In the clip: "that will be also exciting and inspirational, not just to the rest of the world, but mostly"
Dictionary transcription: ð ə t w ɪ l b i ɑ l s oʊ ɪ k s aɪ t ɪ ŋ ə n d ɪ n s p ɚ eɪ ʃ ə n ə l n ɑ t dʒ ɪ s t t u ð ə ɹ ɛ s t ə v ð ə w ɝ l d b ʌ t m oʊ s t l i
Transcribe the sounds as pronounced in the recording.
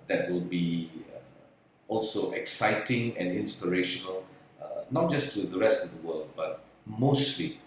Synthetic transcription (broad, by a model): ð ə t w ɪ l b i ɑ l s oʊ ɪ k s aɪ t ɪ ŋ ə n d ɪ n s p ɚ eɪ ʃ ə n ə l n ɑ t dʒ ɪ s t t u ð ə ɹ ɛ s t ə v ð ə w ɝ l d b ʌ t m oʊ s t l i